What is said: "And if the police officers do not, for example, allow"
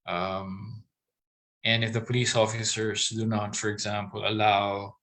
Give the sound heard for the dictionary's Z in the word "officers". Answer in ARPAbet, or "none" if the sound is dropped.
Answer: S